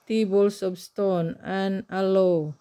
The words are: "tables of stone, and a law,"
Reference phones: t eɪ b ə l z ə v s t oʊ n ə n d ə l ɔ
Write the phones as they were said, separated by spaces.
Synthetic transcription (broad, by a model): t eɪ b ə l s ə p s t oʊ n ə n ə l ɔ